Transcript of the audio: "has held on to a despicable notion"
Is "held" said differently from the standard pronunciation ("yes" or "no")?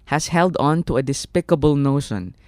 no